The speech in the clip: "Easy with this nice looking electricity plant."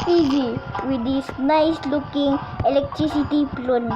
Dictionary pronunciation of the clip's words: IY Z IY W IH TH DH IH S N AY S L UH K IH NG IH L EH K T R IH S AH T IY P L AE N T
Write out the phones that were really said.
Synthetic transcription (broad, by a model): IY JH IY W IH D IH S N AY S L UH K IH NG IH L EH K T R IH S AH T IY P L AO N